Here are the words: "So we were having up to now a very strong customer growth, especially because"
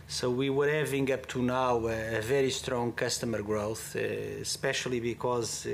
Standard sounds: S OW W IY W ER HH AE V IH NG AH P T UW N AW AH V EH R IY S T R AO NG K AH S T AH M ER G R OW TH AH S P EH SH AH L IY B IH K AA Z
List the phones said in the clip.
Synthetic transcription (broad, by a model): S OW W IY W ER HH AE V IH NG AH P T UW N AW AH V EH R IY S T R AO NG K AH S T AH M ER G R OW TH S P EH SH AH L IY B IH K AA Z